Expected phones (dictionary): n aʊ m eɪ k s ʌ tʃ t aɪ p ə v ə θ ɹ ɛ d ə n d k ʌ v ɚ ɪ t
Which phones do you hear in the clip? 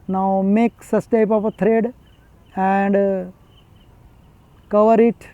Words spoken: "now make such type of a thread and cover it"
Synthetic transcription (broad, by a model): n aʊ m eɪ k s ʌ s t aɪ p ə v ə t ɹ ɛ d ə n d k ʌ v ɚ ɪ t